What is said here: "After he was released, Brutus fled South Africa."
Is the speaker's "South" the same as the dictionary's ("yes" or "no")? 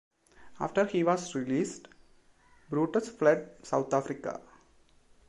no